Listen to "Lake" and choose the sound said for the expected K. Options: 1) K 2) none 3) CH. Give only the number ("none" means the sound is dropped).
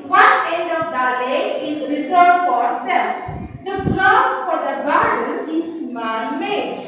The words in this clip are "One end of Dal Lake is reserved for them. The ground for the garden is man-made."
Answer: 2